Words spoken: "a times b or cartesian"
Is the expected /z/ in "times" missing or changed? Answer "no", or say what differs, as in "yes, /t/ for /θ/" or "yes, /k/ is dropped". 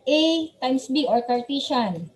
yes, /s/ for /z/